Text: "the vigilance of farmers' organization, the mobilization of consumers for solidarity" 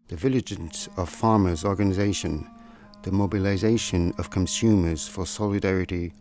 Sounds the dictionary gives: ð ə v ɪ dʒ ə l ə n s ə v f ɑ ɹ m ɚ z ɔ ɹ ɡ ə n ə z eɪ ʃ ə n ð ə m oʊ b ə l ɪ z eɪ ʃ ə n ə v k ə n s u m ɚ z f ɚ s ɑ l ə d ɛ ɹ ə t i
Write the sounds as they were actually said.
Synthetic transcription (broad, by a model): ð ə v ɪ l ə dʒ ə n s ə v f ɑ ɹ m ɚ z ɔ ɹ ɡ ə n ə z eɪ ʃ ə n ð ə m oʊ b ə l ɪ z eɪ ʃ ə n ə v k ə n s u m ɚ z f ɚ s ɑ l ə d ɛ ɹ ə t i